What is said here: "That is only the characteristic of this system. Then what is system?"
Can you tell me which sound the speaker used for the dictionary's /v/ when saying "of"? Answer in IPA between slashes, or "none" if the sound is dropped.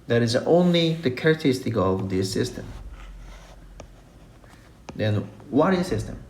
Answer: /v/